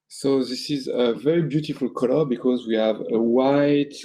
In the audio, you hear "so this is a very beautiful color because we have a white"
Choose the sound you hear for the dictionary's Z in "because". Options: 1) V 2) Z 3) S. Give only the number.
2